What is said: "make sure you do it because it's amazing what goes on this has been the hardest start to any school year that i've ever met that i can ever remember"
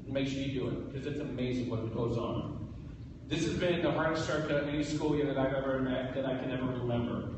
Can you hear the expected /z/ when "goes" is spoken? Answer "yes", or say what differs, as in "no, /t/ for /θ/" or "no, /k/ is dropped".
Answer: yes